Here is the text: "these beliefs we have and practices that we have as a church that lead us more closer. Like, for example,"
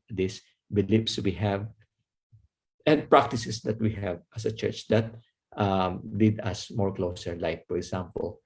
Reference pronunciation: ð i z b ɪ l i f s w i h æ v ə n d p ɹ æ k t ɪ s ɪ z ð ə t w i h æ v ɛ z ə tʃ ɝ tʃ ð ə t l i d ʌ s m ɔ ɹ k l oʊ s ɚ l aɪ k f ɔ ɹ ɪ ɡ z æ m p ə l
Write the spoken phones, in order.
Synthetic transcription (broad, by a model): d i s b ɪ l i p s w i h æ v ə n d p ɹ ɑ k t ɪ s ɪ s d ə t w i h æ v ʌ s ə tʃ ɝ tʃ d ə t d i d ʌ s m ɔ ɹ k l oʊ s ɚ l aɪ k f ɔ ɹ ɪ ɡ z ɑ m p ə l